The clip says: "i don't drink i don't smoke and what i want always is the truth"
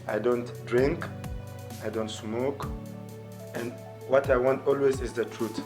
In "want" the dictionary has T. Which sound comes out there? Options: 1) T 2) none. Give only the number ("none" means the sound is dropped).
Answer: 1